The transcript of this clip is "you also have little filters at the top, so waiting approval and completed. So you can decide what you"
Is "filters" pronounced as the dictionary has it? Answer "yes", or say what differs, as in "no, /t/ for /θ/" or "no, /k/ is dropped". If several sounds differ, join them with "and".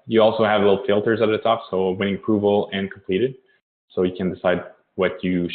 yes